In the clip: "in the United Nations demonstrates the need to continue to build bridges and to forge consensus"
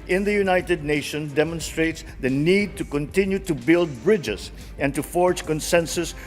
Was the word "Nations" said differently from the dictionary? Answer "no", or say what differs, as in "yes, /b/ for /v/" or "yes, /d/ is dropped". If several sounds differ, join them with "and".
yes, /z/ is dropped